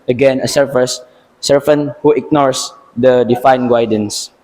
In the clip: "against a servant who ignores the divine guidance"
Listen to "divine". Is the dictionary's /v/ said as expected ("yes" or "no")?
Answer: no